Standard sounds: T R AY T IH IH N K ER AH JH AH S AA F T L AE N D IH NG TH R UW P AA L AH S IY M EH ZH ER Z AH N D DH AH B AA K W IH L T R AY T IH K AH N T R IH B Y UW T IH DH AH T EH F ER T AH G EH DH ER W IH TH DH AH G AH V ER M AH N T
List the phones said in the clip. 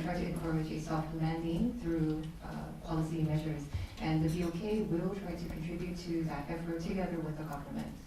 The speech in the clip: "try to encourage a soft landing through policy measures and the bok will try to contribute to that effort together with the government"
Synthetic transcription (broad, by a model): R AY T IH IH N K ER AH JH AH S AA F T L AE N D IH NG TH R UW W AA L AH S IY M EH ZH ER Z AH N DH AH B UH K W IH L T R AY T IH K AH N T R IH B Y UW T IH DH AH T EH F ER T AH G EH DH ER W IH DH AH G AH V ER M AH N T